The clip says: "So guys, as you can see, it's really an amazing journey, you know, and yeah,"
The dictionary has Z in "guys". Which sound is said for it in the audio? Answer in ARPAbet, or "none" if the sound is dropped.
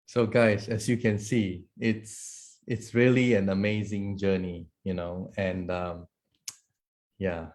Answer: S